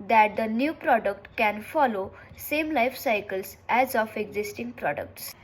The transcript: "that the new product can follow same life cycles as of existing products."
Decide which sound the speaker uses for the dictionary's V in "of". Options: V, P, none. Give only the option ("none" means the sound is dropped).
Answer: P